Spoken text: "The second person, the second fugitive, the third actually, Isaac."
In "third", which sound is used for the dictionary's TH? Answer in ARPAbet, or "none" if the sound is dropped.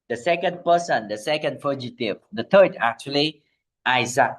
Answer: T